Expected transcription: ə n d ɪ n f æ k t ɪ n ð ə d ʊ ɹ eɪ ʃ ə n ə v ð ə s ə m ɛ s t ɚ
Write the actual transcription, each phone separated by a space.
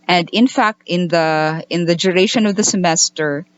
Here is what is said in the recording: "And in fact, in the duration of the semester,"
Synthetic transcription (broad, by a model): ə n d ɪ n f æ k t ɪ n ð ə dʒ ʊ ɹ eɪ ʃ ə n ə v ð ə s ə m ɛ s t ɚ